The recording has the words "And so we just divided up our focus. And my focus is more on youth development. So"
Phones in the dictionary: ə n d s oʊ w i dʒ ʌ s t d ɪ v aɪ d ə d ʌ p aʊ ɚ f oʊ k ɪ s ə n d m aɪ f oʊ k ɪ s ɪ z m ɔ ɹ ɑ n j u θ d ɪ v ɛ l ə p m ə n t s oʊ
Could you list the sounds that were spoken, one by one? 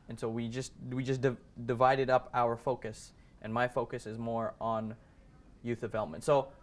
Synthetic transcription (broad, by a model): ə n s oʊ w i dʒ ʌ s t d ɪ v aɪ d ə d ʌ p aʊ ɚ f oʊ k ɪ s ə n m aɪ f oʊ k ɪ s ɪ z m ɔ ɹ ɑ n j u θ d ɪ v ɛ l ə p m ə n t s oʊ